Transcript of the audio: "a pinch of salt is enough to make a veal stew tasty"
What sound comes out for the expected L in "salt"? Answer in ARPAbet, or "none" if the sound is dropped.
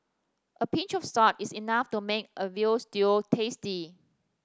none